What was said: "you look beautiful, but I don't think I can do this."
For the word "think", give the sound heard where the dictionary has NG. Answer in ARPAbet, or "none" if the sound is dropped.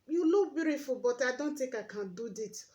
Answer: none